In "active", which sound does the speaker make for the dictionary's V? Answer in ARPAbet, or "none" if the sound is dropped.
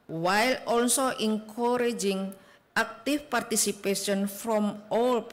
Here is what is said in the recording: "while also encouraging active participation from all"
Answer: F